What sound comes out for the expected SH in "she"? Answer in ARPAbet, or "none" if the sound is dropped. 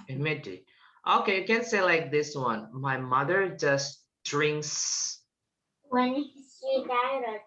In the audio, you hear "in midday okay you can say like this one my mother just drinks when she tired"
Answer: S